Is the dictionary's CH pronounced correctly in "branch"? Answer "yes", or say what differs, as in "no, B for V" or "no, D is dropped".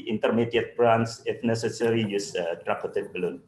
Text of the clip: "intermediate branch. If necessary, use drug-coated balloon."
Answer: no, S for CH